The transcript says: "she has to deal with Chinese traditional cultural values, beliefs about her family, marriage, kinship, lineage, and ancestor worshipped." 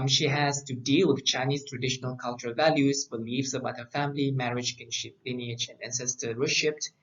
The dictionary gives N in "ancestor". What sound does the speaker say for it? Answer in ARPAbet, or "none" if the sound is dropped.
N